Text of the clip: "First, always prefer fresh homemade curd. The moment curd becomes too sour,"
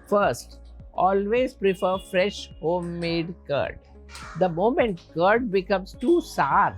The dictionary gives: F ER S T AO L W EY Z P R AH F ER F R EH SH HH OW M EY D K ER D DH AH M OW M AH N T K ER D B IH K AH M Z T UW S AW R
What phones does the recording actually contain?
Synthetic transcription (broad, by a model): F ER S T AO L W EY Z P R AH F ER F R EH SH HH OW M EY D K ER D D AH M OW M AH N T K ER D B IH K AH M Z T UW S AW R